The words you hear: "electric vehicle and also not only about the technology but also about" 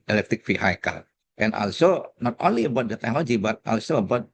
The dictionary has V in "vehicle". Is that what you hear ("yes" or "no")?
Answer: no